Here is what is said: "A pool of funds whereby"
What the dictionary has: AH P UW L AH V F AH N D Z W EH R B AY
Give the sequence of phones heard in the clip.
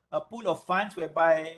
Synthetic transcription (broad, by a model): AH P UW L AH F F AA N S W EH B AY